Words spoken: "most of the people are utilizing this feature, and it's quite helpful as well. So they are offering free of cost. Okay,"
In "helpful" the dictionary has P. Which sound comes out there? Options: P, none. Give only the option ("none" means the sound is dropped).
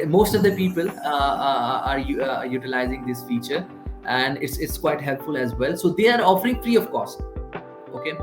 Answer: P